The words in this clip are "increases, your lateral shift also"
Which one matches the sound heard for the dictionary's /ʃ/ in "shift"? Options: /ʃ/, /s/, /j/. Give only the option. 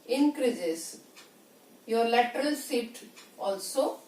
/s/